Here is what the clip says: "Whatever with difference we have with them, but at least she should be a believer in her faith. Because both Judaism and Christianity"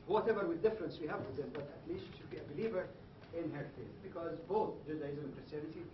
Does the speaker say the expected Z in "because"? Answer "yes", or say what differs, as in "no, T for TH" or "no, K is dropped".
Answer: yes